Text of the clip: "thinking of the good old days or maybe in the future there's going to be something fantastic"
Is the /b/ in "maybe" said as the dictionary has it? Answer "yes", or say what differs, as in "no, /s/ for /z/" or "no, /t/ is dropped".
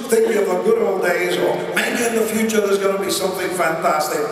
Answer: no, /b/ is dropped